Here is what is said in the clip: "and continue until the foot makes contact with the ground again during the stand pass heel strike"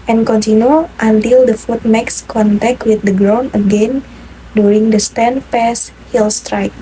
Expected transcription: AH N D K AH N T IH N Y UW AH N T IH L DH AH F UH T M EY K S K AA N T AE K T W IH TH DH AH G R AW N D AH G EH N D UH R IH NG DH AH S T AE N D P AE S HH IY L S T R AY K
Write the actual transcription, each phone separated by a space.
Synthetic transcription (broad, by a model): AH N K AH N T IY N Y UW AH N T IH L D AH F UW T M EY K S K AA N T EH K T W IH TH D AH G R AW N AH G EH N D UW R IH NG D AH S T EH N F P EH S HH IY L S T R AY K